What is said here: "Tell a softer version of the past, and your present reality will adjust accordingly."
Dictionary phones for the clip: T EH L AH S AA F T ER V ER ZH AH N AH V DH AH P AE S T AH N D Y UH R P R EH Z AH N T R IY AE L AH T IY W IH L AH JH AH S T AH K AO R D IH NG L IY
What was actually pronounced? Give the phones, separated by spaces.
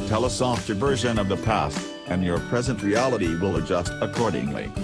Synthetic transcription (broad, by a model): T EH L AH S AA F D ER V ER ZH AH N AH V DH AH P AE S T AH N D Y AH R P R EH Z AH N T R IY AE L AH T IY W IH L AH JH AH S T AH K AO R D IH NG L IY